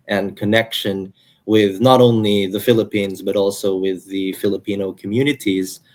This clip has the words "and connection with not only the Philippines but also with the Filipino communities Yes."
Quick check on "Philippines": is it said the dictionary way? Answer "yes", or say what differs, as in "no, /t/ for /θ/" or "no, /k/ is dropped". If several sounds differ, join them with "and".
yes